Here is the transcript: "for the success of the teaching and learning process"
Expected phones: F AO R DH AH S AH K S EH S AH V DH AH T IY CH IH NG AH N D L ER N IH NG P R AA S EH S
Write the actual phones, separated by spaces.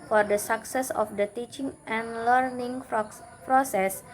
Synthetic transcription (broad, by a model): F AO R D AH S AH K S EH S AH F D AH T IY CH IH NG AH N L ER N IH NG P R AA S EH S